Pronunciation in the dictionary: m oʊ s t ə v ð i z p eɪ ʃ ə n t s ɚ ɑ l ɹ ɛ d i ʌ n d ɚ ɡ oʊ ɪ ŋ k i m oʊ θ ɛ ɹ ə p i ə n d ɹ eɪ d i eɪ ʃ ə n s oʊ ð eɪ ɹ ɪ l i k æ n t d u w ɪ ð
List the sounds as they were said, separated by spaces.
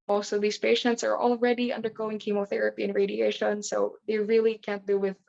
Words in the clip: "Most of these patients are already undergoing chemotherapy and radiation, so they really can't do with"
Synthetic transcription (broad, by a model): m oʊ s t ə v ð i z p eɪ ʃ ə n t s ɚ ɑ l ɹ ɛ d i ʌ n d ɚ ɡ oʊ ɪ ŋ k i m oʊ θ ɛ ɹ ə p i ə n ɹ eɪ d i eɪ ʃ ə n s oʊ ð eɪ ɹ ɪ l i k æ n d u w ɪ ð